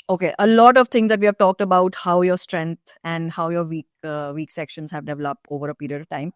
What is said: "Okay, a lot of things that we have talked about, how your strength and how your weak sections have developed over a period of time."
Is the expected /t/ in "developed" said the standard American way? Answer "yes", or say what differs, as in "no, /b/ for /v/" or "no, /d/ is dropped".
yes